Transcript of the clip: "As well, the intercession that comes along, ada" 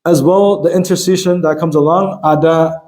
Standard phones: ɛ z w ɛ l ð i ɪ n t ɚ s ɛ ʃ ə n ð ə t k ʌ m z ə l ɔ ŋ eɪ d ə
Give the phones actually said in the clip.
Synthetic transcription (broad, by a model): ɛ z w ɛ l ð i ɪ n t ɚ s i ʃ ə n ð ə t k ʌ m z ə l ɔ ŋ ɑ d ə